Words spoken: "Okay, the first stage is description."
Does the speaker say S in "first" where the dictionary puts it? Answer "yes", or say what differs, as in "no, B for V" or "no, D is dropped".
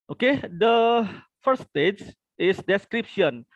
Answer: no, S is dropped